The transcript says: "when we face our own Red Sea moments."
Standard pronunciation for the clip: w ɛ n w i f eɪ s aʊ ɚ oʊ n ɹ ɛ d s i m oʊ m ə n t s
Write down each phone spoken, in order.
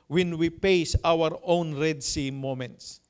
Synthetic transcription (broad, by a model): w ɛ n w i p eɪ s aʊ ɚ oʊ n ɹ ɛ d s i m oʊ m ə n t s